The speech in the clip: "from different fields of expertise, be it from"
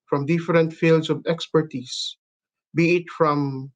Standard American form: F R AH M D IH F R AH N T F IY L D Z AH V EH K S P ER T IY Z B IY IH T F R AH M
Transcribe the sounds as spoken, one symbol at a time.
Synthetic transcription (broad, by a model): F R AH M D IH F R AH N T F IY L D S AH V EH K S P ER T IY S B IY IH T F R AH M